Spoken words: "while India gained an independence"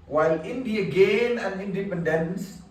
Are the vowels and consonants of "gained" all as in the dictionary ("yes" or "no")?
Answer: no